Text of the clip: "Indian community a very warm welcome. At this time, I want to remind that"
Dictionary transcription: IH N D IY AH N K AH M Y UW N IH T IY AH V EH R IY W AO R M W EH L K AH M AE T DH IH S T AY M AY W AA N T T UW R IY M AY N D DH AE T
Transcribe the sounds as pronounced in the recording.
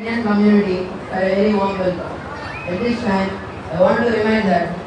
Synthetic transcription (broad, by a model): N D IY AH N K AH M Y UW N IH T IY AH V EH R IY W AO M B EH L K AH EH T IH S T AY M AY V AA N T T UW R IY M AY N D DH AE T